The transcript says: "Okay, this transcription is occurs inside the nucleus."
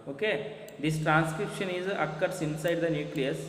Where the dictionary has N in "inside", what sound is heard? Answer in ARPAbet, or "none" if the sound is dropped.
N